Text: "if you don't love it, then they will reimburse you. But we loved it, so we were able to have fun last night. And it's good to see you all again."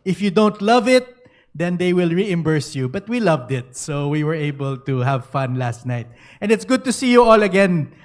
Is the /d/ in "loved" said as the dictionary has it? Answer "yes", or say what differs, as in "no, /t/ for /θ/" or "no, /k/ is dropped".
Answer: yes